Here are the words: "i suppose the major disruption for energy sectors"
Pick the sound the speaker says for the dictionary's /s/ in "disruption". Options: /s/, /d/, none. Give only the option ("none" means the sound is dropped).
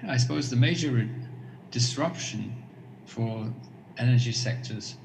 /s/